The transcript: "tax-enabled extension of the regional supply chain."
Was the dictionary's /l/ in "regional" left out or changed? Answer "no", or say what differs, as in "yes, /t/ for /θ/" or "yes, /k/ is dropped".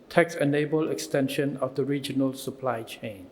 no